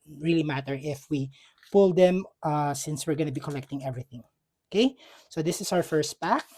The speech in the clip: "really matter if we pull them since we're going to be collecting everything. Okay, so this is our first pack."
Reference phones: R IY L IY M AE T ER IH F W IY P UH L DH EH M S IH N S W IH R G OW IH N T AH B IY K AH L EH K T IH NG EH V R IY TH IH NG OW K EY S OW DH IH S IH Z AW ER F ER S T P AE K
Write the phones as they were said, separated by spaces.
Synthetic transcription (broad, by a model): R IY L IY M AE T ER IH F W IY P UH L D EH M S IH N S W IH R G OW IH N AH B IY K AH L EH K T IH NG EH V R IY TH IH NG OW K EY S OW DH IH S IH S AW ER F ER S T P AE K